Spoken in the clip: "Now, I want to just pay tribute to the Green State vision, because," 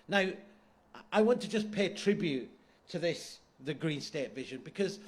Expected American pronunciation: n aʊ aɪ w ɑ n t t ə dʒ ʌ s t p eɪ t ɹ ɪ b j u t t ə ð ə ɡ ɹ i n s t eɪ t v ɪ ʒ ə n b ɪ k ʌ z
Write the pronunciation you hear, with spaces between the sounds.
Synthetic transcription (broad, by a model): n aʊ aɪ w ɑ n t t ə dʒ ʌ s p eɪ t ɹ ɪ b j u t t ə ð ə ɡ ɹ i n s t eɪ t v ɪ ʒ ə n b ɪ k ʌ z